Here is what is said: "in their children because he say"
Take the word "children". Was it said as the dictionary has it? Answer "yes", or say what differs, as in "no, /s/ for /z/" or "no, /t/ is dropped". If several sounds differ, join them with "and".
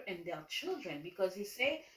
yes